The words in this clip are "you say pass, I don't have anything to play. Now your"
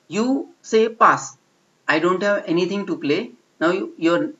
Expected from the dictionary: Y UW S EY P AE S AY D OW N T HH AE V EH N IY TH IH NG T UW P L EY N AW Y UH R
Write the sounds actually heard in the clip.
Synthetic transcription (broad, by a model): Y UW S EY P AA S AY D OW N T HH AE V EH N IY T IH NG T UW P L EY N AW Y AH R